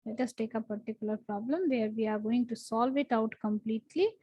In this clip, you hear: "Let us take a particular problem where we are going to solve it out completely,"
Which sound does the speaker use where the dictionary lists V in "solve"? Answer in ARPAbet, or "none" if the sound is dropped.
V